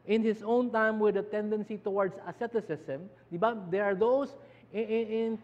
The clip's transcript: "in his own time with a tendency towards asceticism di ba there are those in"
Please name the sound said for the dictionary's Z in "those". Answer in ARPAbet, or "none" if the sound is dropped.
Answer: S